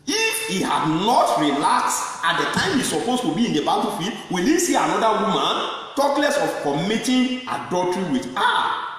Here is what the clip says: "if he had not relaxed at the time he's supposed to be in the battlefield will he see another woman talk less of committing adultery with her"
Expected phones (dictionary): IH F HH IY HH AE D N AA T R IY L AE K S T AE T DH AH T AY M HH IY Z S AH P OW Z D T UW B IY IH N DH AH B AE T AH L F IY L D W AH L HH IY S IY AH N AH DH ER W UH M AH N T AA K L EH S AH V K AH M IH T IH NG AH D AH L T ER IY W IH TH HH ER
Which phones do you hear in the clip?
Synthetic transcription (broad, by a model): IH F HH IY HH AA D N AA T R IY L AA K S AA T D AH T AY M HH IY S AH P OW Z T UW B IY IH N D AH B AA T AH F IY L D W AH L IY S IY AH N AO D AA W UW M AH N T AA K L EH S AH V K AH M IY T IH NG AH D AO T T IY W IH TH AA